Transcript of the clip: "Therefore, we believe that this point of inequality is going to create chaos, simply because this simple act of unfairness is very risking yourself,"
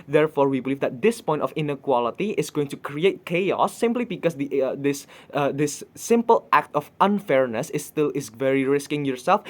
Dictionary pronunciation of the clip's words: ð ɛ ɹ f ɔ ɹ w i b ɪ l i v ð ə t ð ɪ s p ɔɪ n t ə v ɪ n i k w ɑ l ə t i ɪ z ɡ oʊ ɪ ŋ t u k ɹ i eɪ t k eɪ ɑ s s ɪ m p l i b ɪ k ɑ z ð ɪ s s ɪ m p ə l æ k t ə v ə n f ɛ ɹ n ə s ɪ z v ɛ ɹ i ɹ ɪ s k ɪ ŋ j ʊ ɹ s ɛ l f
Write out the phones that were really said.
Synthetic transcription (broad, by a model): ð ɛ ɹ f ɔ ɹ w i b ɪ l i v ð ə t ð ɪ s p ɔɪ n t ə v ɪ n i k w ɑ l ə t i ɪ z ɡ oʊ ɪ ŋ t u k ɹ i eɪ t k eɪ ɑ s s ɪ m p l i b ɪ k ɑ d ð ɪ s s ɪ m p ə l æ k t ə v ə n f ɛ ɹ n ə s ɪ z v ɛ ɹ i ɹ ɪ s k ɪ ŋ j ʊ ɹ s ɛ l f